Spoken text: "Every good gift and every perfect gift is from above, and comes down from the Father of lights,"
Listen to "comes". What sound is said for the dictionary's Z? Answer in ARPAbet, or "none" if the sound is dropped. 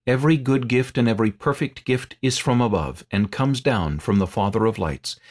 Z